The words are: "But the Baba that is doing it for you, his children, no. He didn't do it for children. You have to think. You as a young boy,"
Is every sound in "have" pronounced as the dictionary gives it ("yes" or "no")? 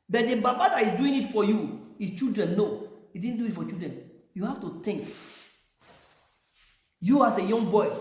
no